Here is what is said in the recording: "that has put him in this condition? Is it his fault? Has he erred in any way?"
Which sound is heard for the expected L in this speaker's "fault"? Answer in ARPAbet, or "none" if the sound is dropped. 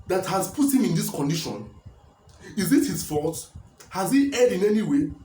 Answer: none